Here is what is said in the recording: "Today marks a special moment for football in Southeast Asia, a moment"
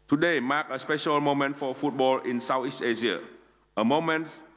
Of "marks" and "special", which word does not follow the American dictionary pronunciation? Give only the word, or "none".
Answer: marks